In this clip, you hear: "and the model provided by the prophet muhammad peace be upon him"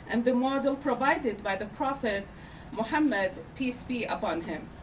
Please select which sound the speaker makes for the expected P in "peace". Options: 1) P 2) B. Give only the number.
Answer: 1